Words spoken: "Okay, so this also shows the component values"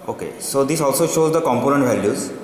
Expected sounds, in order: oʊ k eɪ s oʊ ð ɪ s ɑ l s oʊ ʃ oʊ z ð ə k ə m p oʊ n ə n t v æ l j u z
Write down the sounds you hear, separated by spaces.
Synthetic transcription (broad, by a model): oʊ k eɪ s oʊ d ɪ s ɑ l s oʊ ʃ oʊ z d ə k ə m p oʊ n ə n t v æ l j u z